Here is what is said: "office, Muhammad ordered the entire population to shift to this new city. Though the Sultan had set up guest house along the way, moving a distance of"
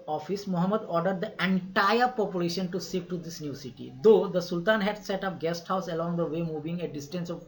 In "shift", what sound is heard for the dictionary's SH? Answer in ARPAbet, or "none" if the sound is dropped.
S